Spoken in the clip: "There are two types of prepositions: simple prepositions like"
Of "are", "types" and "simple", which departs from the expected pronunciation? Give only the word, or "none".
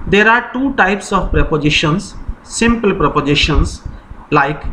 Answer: none